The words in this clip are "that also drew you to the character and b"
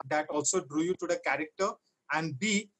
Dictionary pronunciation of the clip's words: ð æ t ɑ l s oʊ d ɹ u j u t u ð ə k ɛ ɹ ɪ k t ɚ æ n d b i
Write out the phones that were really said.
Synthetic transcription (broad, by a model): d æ t ɑ l s oʊ d ɹ u j u t u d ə k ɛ ɹ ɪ k t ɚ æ n d b i